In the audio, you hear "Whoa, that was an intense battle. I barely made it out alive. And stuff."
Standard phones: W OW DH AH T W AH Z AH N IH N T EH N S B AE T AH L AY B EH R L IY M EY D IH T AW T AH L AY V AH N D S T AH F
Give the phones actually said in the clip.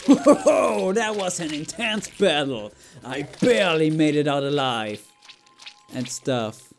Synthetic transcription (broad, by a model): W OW DH AH T W AH Z AH N IH N T EH N S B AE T L AY B EH R L IY M EY D IH T AW T AH L AY V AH N S T AH F